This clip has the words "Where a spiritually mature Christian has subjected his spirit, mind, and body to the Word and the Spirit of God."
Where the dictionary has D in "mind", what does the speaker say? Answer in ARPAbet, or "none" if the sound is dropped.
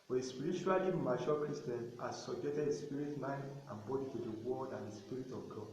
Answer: none